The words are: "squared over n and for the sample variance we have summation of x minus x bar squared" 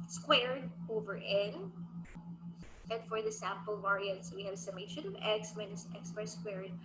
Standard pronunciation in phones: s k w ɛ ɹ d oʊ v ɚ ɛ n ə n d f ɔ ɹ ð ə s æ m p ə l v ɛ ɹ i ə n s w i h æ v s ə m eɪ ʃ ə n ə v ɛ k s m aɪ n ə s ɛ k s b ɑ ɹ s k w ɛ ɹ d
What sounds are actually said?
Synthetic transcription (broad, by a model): s k w ɛ ɹ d oʊ v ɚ ɛ n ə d f ɔ ɹ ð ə s æ m p ə l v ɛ ɹ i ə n s w i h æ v s ə m eɪ ʃ ə n ə v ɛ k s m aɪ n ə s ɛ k s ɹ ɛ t s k w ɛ ɹ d